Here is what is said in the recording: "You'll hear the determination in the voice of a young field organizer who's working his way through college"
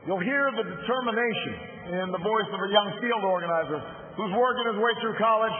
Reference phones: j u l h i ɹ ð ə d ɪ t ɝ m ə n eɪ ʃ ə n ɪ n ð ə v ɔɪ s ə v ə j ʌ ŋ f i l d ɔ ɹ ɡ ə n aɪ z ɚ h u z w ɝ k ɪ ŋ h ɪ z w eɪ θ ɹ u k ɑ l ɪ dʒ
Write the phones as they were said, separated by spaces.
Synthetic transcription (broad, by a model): j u l h i ɹ ð ə d ɪ t ɝ m ə n eɪ ʃ ə n ɪ n ð ə v ɔɪ s ə v ə j ʌ ŋ f i l d ɔ ɹ ɡ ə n aɪ z ɚ h u z w ɝ k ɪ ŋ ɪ z w eɪ θ ɹ u k ɑ l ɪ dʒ